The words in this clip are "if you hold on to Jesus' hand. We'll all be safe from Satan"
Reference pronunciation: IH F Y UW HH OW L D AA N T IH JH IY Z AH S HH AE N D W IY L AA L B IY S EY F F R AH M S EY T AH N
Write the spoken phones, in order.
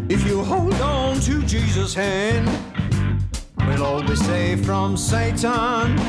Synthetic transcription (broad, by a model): IH F Y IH HH OW L D N T IH JH IY Z AH S HH AE N D W IY L AA L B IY S EY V F R AH M S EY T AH N